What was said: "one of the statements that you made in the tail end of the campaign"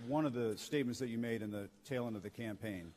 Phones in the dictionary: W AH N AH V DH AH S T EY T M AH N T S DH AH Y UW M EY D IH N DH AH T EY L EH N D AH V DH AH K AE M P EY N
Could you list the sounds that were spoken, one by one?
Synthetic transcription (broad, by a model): W AH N AH V DH AH S T EY T M AH N T S DH AH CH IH M EY D IH N DH AH T EY L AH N AH V DH AH K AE M P EY N